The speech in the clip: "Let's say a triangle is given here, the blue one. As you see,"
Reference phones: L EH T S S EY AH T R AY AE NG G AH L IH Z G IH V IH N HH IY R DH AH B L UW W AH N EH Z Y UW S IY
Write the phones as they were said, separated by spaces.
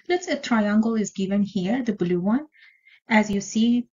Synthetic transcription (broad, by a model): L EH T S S AH T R AY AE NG G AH L IH Z G IH V IH N HH IY R DH AH B L UW W AH N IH Z Y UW S IY